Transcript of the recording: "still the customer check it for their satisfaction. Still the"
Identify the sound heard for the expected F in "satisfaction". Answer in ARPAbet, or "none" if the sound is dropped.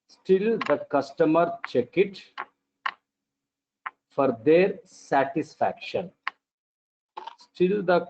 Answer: F